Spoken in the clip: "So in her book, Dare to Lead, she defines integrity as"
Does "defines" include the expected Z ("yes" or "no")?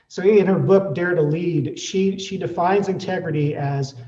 yes